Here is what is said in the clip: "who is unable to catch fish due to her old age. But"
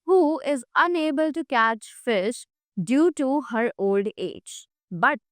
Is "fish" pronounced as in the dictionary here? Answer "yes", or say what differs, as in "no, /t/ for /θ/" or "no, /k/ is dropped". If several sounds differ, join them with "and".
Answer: yes